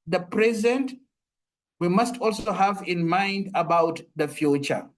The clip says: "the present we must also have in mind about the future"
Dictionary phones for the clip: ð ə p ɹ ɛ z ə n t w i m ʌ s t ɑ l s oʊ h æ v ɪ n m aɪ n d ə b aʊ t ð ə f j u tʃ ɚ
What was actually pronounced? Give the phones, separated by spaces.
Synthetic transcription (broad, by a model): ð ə p ɹ ɛ z ə n t w i m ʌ s t ɑ l s oʊ h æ v ɪ n m aɪ n d ə b aʊ t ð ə f j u tʃ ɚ